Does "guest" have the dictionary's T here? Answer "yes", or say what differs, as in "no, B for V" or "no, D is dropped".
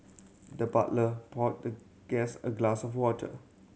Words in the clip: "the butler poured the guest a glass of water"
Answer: no, T is dropped